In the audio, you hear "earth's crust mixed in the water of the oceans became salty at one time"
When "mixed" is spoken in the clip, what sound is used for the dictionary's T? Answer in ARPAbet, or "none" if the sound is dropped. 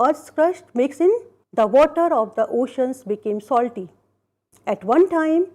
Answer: none